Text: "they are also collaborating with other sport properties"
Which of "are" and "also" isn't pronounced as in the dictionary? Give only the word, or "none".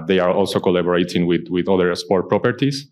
none